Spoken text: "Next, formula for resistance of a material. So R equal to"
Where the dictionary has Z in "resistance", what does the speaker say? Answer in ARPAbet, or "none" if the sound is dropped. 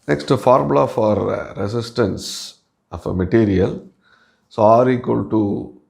S